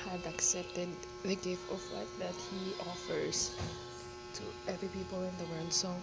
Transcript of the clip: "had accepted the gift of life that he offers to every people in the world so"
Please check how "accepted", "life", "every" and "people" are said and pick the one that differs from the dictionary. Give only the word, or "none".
life